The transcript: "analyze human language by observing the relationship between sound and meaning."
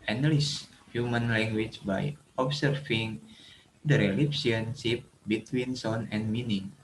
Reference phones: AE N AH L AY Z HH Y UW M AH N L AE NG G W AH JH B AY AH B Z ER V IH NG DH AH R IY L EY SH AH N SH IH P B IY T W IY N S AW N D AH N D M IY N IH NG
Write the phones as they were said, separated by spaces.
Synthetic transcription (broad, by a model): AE N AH L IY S HH Y UW M AH N L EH NG G W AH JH B AY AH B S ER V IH NG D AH R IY L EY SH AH N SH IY P B IY T W IY N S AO N AH N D M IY N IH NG